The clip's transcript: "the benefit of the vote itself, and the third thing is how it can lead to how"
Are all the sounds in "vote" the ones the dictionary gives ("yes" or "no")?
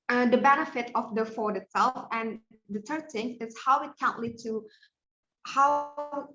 no